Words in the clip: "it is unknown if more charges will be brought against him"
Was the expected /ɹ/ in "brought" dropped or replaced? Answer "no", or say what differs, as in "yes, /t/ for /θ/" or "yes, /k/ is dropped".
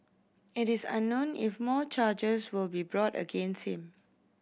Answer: no